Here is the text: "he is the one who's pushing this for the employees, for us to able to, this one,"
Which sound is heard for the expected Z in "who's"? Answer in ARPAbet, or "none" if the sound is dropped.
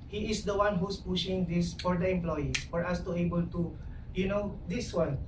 S